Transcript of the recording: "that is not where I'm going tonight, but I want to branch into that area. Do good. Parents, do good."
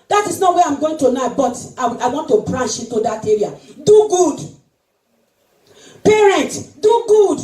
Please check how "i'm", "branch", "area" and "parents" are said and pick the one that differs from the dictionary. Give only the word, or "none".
branch